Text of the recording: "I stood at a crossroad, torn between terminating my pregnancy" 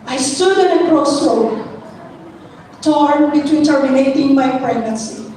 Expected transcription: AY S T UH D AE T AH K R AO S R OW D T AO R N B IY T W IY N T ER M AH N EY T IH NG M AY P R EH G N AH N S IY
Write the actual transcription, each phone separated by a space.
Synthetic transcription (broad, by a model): AY S T UH D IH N AH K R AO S OW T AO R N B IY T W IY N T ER AH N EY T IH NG M AY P R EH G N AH N S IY